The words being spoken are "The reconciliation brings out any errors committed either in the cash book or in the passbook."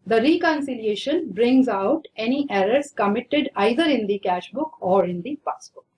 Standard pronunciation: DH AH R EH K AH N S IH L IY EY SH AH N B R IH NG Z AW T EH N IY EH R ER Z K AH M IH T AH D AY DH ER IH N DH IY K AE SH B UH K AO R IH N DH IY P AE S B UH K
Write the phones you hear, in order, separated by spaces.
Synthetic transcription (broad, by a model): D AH R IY K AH N S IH L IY EY SH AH N B R IH NG Z AW T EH N IY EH R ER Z K AH M IH T AH D AY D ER IH N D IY K AE SH B UH K AO R IH N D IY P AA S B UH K